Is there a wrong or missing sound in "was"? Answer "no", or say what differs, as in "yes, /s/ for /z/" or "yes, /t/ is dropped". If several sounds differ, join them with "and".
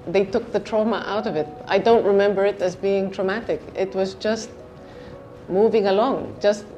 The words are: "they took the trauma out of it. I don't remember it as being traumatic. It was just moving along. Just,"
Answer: no